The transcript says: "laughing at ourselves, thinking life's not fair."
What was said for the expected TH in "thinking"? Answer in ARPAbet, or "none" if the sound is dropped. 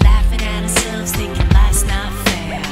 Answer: T